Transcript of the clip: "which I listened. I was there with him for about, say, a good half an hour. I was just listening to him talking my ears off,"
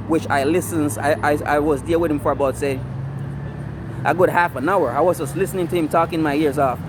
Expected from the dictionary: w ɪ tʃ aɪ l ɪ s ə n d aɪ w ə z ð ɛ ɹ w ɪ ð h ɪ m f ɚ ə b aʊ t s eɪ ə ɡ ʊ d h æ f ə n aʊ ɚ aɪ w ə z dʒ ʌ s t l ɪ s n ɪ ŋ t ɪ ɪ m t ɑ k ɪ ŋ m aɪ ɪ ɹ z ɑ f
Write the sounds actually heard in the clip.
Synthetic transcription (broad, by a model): w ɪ tʃ aɪ l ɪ s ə n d aɪ w ə z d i l w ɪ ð h ɪ m f ɚ ə b aʊ t s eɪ ə ɡ ʊ d h æ f ə n aʊ ɚ aɪ w ə z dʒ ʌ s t l ɪ s n ɪ ŋ t ɪ ɪ m t ɑ k ɪ ŋ m aɪ ɪ ɹ z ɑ f